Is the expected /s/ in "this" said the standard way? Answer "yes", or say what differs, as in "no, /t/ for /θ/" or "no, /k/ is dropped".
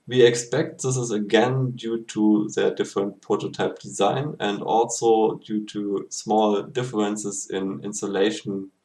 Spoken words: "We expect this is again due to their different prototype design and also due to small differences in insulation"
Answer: yes